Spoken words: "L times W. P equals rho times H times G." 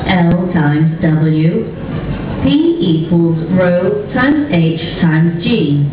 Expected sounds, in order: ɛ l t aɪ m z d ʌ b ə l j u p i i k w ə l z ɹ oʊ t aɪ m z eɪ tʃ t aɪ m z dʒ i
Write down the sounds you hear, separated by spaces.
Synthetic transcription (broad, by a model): ɛ l t aɪ m z d ʌ b ə l j u p i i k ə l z ɹ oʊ t aɪ m z eɪ tʃ t aɪ m z dʒ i